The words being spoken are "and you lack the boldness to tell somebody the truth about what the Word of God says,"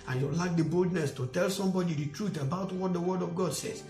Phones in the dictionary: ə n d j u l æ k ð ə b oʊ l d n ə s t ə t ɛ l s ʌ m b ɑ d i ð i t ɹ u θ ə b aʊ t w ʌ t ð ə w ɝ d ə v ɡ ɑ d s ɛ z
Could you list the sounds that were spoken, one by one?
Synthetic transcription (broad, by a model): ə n j u l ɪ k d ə b oʊ l d n ə s t ə t ɛ l s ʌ m b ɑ d i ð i t ɹ u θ ə b aʊ t w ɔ t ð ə w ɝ d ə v ɡ ɑ d s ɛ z